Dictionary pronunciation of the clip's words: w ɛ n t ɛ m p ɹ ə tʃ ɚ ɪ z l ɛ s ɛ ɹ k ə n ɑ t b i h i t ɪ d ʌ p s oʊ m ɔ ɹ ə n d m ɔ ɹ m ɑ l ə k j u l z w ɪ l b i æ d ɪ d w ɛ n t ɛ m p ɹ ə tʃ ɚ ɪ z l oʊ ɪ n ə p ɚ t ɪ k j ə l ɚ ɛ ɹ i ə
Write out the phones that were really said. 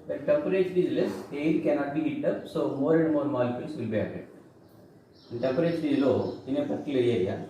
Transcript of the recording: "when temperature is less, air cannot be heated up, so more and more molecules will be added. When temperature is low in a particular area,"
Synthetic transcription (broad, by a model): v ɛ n t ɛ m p ɹ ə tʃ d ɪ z l ɛ s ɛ l k ə n ɑ t b i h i t ʌ p s oʊ m ɔ ɹ ə n d m ɔ ɹ m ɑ l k j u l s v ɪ l b i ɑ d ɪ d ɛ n t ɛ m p ɹ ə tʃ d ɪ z l oʊ ɪ n ə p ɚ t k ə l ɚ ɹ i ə